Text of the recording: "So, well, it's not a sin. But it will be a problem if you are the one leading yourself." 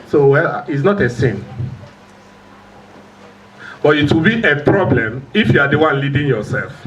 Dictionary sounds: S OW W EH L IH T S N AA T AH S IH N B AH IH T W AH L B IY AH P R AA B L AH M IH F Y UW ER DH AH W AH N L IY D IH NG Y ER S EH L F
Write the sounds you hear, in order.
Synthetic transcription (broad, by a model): S OW W EH L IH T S N AA T AH S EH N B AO IH T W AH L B IY AH P R AA B L AH M IH F Y UW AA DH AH W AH N L IY D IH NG Y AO S EH L F